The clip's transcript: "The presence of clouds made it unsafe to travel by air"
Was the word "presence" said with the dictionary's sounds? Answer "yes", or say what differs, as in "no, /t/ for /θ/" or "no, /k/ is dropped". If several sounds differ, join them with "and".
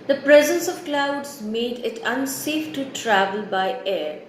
yes